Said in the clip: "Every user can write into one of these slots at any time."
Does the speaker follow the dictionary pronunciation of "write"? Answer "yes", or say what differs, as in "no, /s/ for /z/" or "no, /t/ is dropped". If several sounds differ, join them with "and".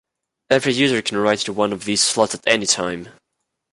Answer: no, /t/ is dropped